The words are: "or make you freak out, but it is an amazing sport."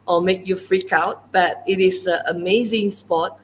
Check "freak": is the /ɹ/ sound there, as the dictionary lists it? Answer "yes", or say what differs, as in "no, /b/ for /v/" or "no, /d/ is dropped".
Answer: yes